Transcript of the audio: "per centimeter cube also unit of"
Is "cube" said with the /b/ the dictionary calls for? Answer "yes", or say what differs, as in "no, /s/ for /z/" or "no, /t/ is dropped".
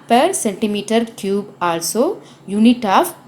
yes